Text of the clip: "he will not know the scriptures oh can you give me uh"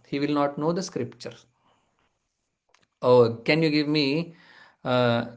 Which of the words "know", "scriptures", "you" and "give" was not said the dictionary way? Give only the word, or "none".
scriptures